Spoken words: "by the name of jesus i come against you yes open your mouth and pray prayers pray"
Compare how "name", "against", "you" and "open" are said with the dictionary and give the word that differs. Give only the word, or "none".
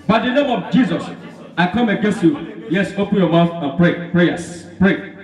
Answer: none